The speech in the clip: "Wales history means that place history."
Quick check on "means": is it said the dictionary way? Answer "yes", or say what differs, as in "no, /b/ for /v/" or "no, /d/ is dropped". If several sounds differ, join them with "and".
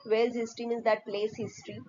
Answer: no, /n/ is dropped